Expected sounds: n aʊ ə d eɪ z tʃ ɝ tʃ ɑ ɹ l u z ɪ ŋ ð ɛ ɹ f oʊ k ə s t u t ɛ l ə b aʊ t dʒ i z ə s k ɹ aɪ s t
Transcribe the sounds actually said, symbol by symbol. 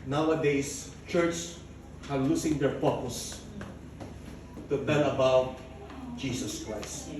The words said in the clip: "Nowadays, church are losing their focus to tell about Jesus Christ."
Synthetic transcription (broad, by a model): n aʊ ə d eɪ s tʃ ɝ tʃ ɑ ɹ l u s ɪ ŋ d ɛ ɹ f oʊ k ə s t u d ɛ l ə b aʊ t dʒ i s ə s k ɹ aɪ s t